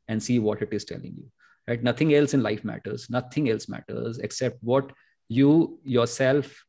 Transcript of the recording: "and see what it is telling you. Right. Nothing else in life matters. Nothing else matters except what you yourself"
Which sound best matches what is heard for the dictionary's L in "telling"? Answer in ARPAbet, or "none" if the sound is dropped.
L